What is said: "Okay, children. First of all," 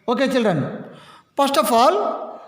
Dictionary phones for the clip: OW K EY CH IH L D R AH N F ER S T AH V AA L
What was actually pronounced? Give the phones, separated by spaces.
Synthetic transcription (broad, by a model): OW K EY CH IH L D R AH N P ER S T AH F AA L